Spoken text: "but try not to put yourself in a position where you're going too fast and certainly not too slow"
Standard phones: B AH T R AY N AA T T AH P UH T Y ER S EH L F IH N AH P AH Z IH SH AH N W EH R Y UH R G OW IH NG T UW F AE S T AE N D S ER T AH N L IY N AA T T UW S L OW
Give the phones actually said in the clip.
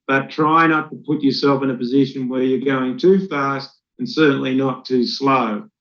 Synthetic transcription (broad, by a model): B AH T R AY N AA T T AH P UH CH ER S EH L F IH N AH P AH Z IH SH AH N W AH R Y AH R G OW IH NG T UW F AE S T N S ER T N L IY N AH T T UW S L OW